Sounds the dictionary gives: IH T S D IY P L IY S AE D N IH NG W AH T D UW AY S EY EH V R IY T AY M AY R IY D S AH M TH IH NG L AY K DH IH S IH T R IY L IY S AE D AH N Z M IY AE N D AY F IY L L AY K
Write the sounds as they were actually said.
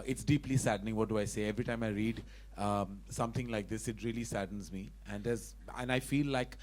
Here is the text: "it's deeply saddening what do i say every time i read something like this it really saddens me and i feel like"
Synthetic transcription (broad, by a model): IH T S D IY P L IY S AE D N IH NG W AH T D UW AY S EY EH V R IY T AY M AY R IY D S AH M T IH NG L AY K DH IH S IH T R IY L IY S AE D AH N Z M IY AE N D AY F IY L L AY K